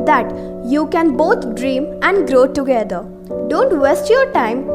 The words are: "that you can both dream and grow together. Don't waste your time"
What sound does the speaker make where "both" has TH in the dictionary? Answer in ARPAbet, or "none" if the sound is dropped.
T